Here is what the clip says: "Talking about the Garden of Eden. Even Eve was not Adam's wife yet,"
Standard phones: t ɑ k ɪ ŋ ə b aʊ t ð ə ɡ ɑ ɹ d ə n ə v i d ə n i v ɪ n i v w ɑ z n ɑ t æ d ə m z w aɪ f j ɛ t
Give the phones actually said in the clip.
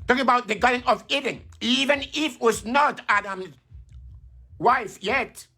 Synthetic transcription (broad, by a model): t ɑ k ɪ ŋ ə b aʊ t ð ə ɡ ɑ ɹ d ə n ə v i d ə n i v ɪ n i f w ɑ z n ɑ t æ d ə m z w aɪ f j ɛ t